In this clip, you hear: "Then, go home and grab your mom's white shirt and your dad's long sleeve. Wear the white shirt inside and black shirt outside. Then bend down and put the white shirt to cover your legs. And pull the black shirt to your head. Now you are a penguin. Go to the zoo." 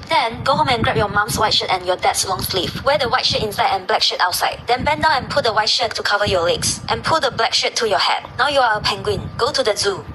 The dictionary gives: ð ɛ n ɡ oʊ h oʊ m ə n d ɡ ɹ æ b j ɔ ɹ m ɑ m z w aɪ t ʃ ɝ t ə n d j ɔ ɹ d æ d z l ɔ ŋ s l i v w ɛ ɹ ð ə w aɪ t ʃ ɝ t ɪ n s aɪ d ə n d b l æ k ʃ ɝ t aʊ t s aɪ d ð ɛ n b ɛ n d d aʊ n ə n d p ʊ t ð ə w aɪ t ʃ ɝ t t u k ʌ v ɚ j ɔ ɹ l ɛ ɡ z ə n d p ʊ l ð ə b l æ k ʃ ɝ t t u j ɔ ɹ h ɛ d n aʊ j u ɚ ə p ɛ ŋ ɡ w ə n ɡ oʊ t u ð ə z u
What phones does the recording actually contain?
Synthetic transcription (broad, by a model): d ɛ n ɡ oʊ h oʊ m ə n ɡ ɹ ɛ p j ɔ m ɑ m s w aɪ t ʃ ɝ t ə n j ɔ d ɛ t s l ɔ ŋ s l i f w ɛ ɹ ə w aɪ t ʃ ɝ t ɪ n s aɪ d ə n b l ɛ k ʃ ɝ t aʊ t s aɪ d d ɛ n b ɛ n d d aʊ ə n p ʊ t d ə w aɪ t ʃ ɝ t t u k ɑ v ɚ j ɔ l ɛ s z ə n p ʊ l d ə b l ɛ k ʃ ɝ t t u j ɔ h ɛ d n aʊ j u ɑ ə p ɛ ŋ ɡ w ə n ɡ oʊ t u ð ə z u